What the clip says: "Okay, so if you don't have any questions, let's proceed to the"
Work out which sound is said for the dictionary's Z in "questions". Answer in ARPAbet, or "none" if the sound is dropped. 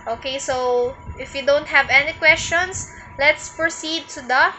S